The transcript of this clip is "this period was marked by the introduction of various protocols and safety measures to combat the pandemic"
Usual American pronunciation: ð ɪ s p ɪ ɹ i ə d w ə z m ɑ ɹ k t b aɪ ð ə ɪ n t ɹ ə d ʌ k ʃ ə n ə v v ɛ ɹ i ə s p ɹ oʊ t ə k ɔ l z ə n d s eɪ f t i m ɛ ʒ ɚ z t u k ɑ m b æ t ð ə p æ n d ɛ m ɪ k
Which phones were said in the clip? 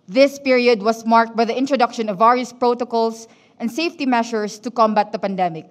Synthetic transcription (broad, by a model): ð ɪ s p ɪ ɹ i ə d w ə s m ɑ ɹ k t b aɪ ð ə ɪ n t ɹ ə d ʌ k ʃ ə n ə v v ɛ ɹ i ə s p ɹ oʊ t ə k ɔ l s ə n d s eɪ f t i m ɛ ʃ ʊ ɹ t u k ɑ m b æ t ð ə p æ n d ɛ m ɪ k